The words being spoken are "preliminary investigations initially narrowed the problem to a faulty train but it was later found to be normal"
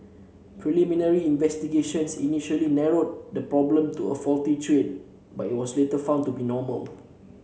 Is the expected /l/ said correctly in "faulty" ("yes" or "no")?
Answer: yes